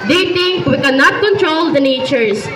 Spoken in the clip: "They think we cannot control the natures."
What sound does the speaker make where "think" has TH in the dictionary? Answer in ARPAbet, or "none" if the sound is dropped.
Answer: T